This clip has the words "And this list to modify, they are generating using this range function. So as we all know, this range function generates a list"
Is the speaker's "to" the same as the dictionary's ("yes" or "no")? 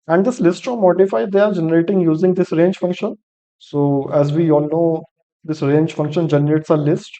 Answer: no